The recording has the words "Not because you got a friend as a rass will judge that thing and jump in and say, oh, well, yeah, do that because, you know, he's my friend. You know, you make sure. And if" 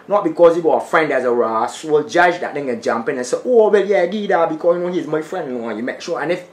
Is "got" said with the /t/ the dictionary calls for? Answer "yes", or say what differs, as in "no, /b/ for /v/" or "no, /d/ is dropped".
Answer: no, /t/ is dropped